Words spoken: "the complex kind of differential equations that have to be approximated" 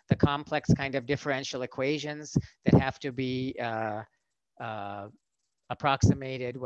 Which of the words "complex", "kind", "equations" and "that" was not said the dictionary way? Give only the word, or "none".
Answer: none